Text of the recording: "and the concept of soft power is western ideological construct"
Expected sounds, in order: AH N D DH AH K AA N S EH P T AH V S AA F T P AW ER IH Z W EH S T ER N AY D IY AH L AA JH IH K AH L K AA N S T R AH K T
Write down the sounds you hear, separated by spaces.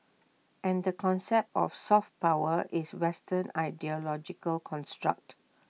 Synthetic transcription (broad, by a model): AH N D AH K AA N S EH P T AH F S AA F T P AW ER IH S W EH S T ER N AY D IY AH L AA JH IH K AH L K AA N S T R AH K T